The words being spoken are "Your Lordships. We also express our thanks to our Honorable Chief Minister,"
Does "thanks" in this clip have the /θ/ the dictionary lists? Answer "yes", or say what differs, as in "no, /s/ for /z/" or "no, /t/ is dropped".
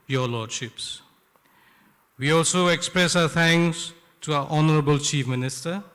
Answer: no, /t/ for /θ/